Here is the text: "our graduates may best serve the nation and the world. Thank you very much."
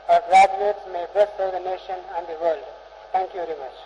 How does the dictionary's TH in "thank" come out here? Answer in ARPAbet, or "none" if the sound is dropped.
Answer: T